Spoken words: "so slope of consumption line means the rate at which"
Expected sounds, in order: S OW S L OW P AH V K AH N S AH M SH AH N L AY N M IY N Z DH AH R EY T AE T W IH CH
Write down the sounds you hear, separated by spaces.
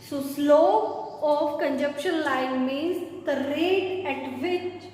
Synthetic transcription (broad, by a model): S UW S L OW AH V K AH N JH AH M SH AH N L AY N M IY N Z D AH R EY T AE T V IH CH